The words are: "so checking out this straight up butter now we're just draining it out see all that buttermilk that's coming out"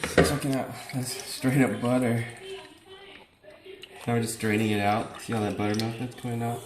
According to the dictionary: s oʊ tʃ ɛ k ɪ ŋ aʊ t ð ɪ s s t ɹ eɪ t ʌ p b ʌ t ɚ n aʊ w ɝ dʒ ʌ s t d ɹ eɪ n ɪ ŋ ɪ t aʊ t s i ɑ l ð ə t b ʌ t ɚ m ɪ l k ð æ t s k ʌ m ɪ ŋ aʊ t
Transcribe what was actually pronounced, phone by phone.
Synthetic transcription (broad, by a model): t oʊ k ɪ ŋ aʊ t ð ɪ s s t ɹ eɪ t ʌ p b ʌ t ɚ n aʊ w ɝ dʒ ʌ s t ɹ eɪ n ɪ ŋ ɪ t aʊ t s i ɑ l ð ə t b ʌ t ɚ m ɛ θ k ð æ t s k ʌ ɪ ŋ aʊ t